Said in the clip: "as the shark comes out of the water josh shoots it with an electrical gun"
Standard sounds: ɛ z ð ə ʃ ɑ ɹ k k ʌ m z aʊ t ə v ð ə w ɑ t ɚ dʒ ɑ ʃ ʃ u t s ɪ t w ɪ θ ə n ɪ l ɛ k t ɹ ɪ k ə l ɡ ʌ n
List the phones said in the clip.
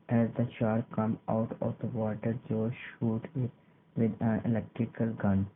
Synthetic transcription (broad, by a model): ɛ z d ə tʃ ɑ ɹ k k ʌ m aʊ t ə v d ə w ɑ t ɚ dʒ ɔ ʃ ʃ u t ɪ t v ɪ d ə n ɪ l ɛ k t ɹ ɪ k ə l ɡ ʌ n